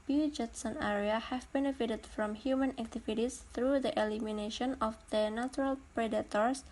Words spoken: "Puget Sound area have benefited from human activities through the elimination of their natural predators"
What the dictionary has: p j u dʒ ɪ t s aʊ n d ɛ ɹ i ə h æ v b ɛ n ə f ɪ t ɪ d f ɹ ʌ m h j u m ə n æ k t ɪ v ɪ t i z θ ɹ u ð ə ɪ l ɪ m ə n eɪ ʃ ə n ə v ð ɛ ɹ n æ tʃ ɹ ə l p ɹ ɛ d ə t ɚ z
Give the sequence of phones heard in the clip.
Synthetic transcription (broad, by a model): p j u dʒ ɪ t s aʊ n ɛ ɹ i ə h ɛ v b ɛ n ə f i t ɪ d f ɹ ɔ m h j u m ə n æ k t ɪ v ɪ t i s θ ɹ u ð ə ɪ l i m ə n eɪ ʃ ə n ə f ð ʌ n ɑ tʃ ɹ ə l p ɹ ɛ d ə t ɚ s